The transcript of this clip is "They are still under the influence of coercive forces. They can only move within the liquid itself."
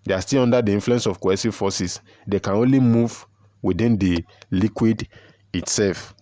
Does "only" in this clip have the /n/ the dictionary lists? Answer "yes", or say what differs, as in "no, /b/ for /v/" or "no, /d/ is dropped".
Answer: yes